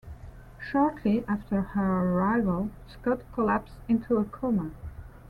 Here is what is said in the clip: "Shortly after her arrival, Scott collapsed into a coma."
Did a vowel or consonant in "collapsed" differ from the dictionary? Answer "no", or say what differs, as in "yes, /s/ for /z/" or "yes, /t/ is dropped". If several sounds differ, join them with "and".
yes, /t/ is dropped